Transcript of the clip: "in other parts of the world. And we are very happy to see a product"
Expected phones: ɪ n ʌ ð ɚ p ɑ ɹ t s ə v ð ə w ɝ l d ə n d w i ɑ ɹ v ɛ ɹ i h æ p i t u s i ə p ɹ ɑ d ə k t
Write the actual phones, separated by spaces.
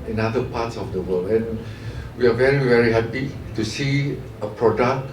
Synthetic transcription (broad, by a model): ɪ n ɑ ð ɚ p ɑ t s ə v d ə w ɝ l ə n w i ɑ ɹ v ɛ ɹ i h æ p i t u s i ə p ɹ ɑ d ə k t